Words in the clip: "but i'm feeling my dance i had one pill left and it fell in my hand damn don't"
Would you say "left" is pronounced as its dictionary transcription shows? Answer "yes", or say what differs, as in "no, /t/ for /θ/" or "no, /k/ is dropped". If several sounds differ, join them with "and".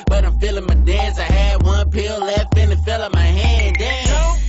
no, /t/ is dropped